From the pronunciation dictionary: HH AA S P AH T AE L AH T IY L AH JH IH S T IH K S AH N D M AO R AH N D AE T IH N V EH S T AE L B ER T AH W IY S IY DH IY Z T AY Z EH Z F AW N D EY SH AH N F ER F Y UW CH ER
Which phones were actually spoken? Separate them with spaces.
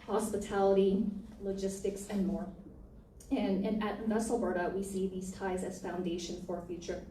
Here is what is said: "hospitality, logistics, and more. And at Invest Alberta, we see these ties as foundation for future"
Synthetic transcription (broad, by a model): HH AA S P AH T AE L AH T IY L AH JH IH S T IH K S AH N M AO R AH N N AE T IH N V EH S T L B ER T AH W IY S IY DH IY Z T AY Z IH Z F AW N D EY SH AH N F ER F Y UW CH ER